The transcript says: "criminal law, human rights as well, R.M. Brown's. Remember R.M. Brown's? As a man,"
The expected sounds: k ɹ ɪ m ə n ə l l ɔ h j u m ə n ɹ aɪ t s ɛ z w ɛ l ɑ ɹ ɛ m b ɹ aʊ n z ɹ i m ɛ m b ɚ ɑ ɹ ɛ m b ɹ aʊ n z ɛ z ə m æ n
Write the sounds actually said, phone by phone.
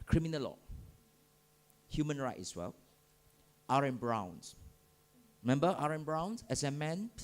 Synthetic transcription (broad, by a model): k ɹ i m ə n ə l l ɔ h j u m ə n ɹ aɪ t ɛ s w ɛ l ɑ ɹ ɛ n b ɹ aʊ n s ɹ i m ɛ m b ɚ ɑ ɹ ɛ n b ɹ aʊ n s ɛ s ə m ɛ n